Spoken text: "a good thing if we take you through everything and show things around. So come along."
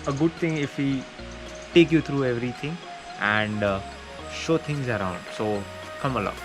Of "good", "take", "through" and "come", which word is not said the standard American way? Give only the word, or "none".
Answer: through